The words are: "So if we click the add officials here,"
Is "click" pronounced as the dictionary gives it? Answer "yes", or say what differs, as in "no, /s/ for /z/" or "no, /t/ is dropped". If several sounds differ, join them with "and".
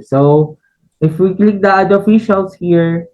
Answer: yes